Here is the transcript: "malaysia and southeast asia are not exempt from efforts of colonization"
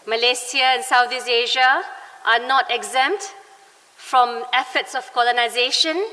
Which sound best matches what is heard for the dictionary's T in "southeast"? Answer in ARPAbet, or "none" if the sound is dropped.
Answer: none